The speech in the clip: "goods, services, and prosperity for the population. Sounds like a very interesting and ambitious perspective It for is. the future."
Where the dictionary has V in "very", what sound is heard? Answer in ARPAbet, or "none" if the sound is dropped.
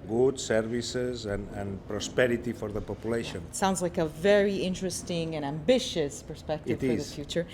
V